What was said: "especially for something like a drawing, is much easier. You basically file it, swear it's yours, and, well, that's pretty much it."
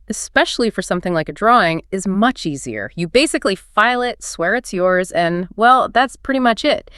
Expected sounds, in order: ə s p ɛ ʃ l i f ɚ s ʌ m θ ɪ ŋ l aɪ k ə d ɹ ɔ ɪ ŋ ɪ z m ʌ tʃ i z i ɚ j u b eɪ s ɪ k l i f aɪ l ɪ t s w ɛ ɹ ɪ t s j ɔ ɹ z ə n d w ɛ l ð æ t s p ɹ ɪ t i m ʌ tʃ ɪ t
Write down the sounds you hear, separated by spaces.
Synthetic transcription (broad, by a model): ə s p ɛ ʃ l i f ɚ s ʌ m θ ɪ ŋ l aɪ k ə d ɹ ɔ ɪ ŋ ɪ z m ʌ tʃ i z i ɚ j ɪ b eɪ s ɪ k l i f aɪ l ɪ t s w ɛ ɹ ɪ t s j ɔ ɹ z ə n w ɛ l ð æ t s p ɹ ɪ t i m ʌ tʃ ɪ t